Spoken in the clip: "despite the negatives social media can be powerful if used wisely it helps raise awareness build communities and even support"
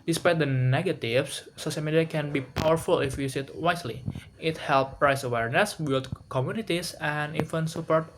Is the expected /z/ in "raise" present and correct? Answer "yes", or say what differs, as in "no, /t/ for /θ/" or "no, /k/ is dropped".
no, /s/ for /z/